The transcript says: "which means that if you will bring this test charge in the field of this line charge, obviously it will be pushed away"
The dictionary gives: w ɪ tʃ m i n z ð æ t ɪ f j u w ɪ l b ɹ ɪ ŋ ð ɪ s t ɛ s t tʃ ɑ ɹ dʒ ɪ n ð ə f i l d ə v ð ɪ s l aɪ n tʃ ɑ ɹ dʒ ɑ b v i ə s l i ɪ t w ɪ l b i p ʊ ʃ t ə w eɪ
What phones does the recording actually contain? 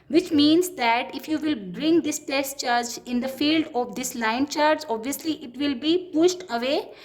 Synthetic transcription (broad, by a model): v ɪ tʃ m i n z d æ t ɪ f j u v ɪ l b ɹ ɪ ŋ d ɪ s t ɛ s t tʃ ɑ ɹ dʒ ɪ n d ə f i l d ə v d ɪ s l aɪ n tʃ ɑ ɹ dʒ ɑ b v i ə s l i ɪ t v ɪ l b i p ʊ ʃ t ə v eɪ